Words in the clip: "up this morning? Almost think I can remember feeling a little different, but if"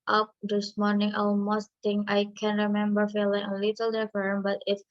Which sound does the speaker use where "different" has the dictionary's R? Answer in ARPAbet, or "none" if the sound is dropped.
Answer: none